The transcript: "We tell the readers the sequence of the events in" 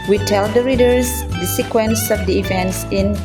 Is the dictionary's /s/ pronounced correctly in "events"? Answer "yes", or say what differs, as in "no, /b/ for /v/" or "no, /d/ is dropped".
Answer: yes